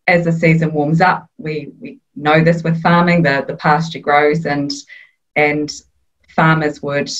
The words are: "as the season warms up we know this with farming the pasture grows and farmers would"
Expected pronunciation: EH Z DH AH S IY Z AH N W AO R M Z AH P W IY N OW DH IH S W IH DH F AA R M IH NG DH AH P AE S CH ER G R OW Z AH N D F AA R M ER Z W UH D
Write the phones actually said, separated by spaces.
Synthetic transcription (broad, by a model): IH Z DH AH S IY Z AH N W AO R M Z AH P W IY N OW DH IH S W IH DH F AA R M IH NG DH AH P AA S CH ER G R OW Z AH N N F AA M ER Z W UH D